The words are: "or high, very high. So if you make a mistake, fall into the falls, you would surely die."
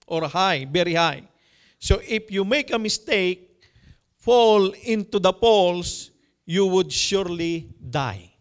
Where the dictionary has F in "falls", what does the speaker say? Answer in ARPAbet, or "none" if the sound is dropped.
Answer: P